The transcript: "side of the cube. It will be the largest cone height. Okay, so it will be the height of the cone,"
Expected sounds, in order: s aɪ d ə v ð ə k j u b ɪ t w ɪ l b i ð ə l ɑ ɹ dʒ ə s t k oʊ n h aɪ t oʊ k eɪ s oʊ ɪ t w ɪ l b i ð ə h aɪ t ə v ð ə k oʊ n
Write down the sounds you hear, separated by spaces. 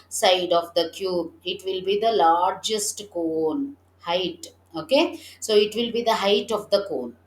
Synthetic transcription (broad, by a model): s aɪ d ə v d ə k j u b ɪ t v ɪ l b i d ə l ɑ ɹ dʒ ə s t k oʊ n h aɪ t oʊ k eɪ s oʊ ɪ t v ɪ l b i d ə h aɪ t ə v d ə k oʊ n